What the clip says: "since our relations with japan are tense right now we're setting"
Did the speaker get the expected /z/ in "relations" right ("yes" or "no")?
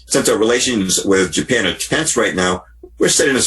yes